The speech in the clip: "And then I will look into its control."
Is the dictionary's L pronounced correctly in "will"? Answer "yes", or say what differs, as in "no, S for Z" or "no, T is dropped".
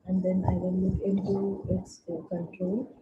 no, N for L